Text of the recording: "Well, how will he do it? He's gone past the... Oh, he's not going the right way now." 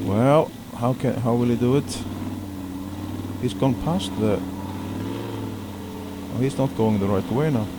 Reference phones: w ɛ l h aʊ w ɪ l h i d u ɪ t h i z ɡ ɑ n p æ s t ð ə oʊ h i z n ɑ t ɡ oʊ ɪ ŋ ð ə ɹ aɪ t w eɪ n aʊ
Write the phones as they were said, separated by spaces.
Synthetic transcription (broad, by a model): w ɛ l h aʊ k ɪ n h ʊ d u ɪ t h i z ɡ ɑ n p æ s t ð ə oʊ h i z n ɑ t ɡ oʊ ɪ ŋ ð ə ɹ aɪ t w eɪ n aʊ